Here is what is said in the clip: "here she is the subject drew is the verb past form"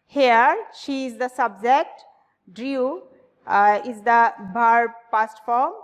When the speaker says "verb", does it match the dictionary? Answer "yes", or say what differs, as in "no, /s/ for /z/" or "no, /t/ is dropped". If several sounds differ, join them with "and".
no, /b/ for /v/